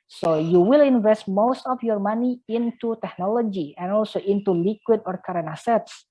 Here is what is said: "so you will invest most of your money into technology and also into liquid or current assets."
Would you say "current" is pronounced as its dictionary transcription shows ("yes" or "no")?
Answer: no